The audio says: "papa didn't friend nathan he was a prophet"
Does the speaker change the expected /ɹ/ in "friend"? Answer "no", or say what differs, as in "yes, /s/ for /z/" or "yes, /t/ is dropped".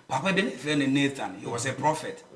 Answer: yes, /ɹ/ is dropped